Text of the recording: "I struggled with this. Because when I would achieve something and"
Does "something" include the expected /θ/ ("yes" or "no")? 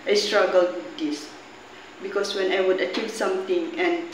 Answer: no